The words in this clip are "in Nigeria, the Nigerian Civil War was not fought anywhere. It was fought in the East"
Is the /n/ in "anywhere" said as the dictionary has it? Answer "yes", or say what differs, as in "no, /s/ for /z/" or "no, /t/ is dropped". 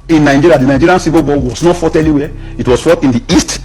no, /l/ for /n/